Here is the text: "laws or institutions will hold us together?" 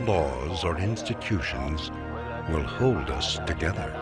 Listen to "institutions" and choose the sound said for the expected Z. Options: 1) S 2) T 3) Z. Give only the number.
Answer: 3